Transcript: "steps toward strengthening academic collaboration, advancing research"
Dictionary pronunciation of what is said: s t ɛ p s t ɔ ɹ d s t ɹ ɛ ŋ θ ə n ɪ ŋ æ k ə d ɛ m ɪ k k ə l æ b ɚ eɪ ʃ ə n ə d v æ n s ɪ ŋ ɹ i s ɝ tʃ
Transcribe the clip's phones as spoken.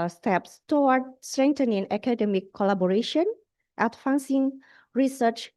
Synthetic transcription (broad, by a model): s t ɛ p s t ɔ w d s t ɹ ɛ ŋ t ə n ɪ ŋ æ k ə d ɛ m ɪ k k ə l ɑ b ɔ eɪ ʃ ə n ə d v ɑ n s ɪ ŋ ɹ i s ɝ tʃ